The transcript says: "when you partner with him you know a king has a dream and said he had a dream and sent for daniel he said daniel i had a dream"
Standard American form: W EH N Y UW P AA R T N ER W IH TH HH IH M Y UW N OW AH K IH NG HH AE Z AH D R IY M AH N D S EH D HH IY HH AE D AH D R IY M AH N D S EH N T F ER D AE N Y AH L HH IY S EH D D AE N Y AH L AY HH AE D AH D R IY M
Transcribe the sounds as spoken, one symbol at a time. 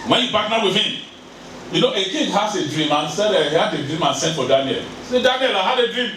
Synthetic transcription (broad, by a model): W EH N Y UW B AA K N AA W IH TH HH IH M Y UW N OW AH K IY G HH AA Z AH D R IY M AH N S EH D HH IY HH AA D AH D R IY M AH N S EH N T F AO D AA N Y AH L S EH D D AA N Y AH L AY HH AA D AH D R IY M